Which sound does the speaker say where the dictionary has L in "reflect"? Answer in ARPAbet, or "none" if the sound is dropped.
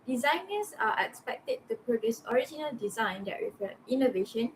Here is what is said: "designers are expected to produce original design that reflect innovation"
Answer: none